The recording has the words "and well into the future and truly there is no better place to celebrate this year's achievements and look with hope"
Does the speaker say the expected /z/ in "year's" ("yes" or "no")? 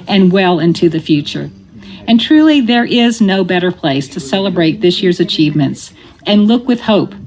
yes